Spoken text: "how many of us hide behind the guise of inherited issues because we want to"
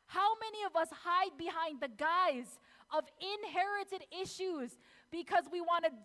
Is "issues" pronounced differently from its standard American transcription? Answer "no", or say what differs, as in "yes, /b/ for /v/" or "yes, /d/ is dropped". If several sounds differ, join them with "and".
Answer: no